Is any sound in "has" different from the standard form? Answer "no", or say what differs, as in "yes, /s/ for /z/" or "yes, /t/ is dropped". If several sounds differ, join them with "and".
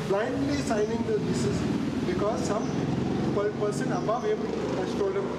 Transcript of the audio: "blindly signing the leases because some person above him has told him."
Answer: yes, /s/ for /z/